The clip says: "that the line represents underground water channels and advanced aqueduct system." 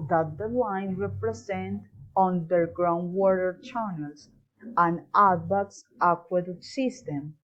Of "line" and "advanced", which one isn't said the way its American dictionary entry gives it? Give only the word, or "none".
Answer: advanced